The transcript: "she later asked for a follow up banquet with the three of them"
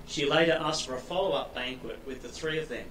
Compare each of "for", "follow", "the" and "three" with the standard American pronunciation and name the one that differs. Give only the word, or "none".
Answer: none